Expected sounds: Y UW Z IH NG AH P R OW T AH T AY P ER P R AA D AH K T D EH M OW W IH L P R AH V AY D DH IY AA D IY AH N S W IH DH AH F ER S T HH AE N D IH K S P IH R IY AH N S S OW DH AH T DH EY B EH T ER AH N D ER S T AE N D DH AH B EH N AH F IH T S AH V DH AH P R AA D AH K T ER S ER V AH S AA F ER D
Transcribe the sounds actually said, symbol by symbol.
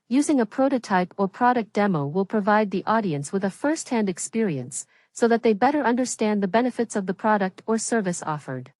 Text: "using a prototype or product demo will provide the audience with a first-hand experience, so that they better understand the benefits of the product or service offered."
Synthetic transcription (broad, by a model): Y UW Z IH NG AH P R OW T AH T AY P ER P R AA D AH K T D EH M OW W IH L P R AH V AY D DH IY AA D IY AH N S W IH DH AH F ER S T HH AE N D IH K S P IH R IY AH N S S OW DH AH T DH EY B EH T ER AH N D ER S T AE N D DH AH B EH N AH F IH T S AH V DH AH P R AA D AH K T ER S ER V AH S AA F ER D